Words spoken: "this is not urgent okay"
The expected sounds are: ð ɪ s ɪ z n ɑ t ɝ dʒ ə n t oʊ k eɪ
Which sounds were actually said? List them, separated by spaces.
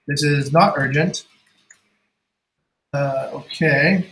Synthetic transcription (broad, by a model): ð ɪ s ɪ z n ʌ t ɝ dʒ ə n t oʊ k eɪ